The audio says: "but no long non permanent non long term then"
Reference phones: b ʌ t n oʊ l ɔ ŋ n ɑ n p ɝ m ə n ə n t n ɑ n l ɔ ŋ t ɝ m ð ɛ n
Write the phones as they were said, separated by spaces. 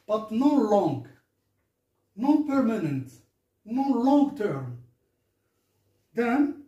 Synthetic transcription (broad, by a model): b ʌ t n oʊ l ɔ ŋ n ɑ p ɝ m ə n ə n t n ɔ l ɔ ŋ t ɝ m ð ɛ n